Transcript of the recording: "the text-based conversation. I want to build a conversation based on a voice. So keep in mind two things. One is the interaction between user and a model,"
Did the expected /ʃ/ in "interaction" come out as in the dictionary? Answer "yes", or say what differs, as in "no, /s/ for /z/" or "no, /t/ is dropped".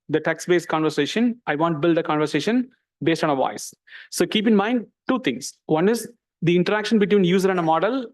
yes